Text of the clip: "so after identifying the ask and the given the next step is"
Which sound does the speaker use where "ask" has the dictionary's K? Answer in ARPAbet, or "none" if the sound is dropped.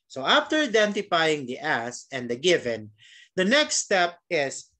none